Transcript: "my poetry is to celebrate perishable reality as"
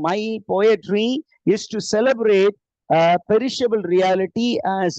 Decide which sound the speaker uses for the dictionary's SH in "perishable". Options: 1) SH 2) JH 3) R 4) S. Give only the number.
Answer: 1